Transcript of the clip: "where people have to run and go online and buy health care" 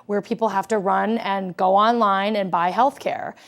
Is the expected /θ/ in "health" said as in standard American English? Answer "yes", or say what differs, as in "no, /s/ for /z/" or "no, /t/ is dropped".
yes